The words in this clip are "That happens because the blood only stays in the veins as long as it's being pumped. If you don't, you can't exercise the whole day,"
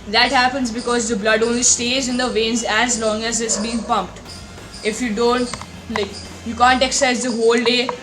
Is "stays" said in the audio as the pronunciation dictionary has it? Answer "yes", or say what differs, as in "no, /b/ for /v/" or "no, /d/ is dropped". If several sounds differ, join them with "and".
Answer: yes